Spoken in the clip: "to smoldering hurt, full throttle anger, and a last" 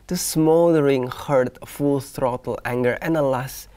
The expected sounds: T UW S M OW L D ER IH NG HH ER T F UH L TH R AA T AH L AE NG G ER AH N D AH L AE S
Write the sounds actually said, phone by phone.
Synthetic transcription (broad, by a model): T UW S M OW D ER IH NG HH ER T F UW L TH R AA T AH L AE NG G ER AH N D AH L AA S